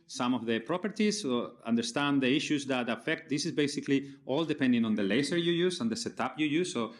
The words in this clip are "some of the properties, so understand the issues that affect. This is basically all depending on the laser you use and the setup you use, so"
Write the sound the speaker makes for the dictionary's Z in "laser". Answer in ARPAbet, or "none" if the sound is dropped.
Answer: S